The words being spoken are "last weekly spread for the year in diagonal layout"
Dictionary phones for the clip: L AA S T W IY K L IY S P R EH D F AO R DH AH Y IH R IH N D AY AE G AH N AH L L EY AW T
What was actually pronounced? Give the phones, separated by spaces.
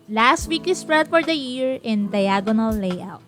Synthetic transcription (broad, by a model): L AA S T W IY K IY S P R EH D F AO R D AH Y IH R IH N D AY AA G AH N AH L L EY AW T